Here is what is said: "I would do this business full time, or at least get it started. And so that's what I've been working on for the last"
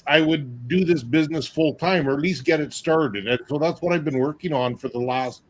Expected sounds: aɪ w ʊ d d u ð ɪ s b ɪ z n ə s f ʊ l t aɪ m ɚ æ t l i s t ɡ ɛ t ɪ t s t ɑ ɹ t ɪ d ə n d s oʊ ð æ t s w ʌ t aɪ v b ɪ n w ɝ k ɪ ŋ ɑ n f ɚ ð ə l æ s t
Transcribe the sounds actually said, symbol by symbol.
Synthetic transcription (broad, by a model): aɪ w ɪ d d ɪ ð ɪ s b ɪ z n ə s f ʊ l t aɪ m ɚ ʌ t l i s t ɡ ɛ t ɪ t s t ɑ ɹ t ɪ d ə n s oʊ ð æ t s w ʌ t aɪ v b ɪ n w ɝ k ɪ ŋ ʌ n f ɚ ð ə l æ s t